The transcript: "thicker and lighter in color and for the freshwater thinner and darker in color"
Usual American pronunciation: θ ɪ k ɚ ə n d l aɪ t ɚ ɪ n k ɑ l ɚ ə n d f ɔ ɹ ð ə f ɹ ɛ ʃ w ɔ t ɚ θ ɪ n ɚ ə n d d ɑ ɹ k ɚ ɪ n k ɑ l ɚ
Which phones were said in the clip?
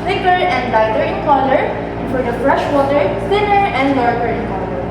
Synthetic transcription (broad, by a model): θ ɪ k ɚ ə n d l aɪ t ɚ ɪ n k ɑ l ɚ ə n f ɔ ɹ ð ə f ɹ ɛ ʃ w ɔ t ɚ s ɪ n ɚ ə n d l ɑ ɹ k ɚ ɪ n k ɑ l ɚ